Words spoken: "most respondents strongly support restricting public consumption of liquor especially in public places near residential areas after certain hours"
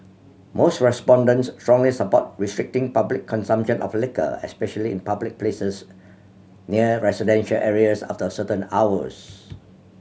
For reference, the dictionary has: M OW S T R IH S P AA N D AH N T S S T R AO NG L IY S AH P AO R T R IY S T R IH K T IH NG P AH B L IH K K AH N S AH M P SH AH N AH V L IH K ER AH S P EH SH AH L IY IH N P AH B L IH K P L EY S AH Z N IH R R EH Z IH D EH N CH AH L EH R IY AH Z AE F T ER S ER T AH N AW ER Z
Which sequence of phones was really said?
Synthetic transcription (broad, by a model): M OW S T R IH S P AA N D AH N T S S T R AO NG L IY S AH P AO T R IY S T R IH K T IH NG P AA B L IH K K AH N S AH M P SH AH N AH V L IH K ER AH S P EH SH AH L IY IH N P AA B L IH K P L EY S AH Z N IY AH R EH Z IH D EH N SH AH L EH R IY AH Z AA F T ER S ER T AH N AW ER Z